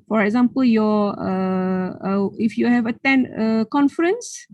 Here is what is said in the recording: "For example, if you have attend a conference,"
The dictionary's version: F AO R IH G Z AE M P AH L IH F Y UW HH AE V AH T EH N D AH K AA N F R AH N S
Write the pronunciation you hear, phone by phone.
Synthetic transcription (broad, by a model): F AO R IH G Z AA M P AH L IH F Y UW HH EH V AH T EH N AH K AA N F R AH N S